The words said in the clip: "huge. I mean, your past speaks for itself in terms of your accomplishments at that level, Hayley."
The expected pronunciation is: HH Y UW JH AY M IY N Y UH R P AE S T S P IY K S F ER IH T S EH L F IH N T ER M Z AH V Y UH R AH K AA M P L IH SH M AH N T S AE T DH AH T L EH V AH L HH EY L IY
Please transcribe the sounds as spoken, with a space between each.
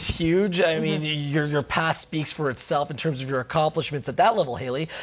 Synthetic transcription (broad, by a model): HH Y UW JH AY M IY N Y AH R P AE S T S P IY K S F ER IH T S EH L F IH N T ER M Z AH V Y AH R AH K AA M P L IH SH M AH N T S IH T DH AH T L EH V L HH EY L IY